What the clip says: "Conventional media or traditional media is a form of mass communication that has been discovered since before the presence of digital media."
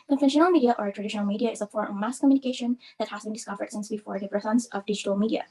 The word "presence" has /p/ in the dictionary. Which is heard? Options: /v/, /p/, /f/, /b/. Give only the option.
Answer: /f/